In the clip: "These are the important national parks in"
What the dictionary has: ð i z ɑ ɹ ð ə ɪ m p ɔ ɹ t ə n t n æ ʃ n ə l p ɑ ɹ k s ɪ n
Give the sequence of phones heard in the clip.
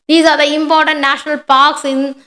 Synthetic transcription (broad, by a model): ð i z ɑ ɹ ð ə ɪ m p ɔ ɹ t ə n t n æ ʃ n ə l p ɑ ɹ k s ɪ n